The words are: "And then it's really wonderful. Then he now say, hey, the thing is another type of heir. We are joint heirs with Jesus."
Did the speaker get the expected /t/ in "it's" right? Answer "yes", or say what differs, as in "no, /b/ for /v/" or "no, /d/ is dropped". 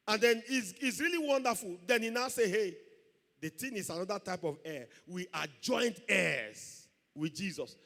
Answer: no, /s/ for /t/